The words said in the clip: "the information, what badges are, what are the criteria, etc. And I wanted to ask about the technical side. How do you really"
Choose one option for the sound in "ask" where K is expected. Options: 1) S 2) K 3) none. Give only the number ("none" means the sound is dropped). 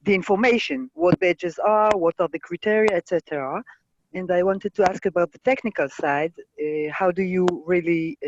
2